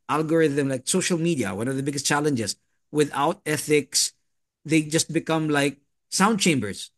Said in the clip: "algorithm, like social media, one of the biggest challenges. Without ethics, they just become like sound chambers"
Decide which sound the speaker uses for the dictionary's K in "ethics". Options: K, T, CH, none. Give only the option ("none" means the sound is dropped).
K